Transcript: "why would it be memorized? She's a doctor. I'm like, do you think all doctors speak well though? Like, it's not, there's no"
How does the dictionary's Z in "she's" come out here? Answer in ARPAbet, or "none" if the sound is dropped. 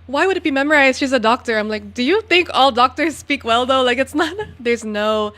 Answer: Z